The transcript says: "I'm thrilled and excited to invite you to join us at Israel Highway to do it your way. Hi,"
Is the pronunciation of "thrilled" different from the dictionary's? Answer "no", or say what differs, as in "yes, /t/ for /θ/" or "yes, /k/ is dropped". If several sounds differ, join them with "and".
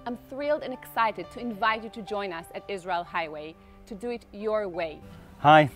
no